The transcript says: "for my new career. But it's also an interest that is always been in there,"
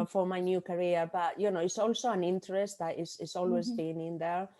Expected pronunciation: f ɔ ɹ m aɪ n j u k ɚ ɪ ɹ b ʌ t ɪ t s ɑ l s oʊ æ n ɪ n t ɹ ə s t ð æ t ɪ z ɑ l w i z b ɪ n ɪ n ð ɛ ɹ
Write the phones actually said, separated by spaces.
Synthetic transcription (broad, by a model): f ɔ ɹ m aɪ n j u k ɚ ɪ ɹ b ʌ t ɪ t s ɑ l s oʊ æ n ɪ n t ɹ ə s t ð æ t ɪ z ɑ l w i z b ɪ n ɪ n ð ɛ ɹ